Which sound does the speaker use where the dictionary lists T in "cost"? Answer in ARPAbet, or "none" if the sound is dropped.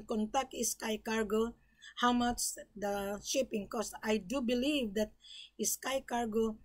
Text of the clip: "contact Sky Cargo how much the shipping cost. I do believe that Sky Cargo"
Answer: none